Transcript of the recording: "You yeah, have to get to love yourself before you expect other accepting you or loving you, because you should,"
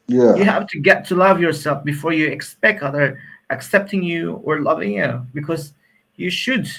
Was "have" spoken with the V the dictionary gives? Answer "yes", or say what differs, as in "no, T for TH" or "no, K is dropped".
no, F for V